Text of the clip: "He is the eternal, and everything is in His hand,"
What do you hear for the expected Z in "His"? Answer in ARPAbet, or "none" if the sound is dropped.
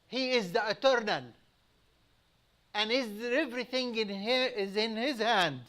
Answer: Z